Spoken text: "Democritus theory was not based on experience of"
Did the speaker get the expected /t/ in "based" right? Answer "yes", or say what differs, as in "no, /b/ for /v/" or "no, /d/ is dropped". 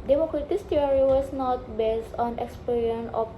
yes